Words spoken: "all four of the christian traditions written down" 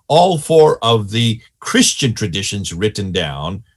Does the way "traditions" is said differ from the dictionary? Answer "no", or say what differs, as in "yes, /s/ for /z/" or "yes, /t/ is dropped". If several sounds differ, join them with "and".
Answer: no